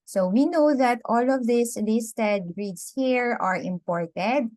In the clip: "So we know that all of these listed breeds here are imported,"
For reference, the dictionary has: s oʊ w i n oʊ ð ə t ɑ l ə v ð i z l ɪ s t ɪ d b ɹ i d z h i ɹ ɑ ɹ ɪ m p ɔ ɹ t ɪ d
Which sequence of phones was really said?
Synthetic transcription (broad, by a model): s oʊ w i n oʊ ð ə t ɑ l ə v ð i s l ɪ s t ɪ d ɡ ɹ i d s h i ɹ ɑ ɹ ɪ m p ɔ ɹ t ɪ d